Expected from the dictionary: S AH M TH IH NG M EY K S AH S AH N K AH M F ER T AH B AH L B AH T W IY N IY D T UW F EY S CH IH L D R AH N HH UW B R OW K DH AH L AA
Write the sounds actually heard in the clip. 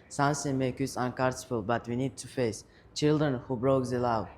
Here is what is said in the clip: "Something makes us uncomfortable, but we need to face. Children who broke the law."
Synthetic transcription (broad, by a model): S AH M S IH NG M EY K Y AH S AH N K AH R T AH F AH L B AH T W IY N IY D T UW F EY S CH IH L D R AH N HH UW B R OW K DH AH L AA